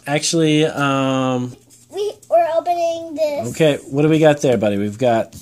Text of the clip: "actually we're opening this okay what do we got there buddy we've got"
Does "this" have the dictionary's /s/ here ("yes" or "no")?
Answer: no